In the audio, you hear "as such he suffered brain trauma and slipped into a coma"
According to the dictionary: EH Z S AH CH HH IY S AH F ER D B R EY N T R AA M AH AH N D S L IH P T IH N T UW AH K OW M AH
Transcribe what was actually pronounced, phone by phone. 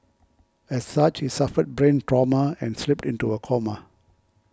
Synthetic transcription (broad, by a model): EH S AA CH HH IY S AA F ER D B R EY N T R AA M AH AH N S L IH P T IH N T UW AH K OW M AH